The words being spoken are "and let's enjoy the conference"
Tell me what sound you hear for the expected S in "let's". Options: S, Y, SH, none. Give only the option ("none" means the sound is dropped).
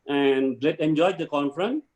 none